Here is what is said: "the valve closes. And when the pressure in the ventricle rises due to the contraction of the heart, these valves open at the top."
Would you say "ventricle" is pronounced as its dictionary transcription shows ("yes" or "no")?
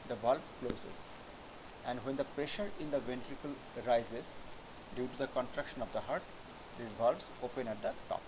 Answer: yes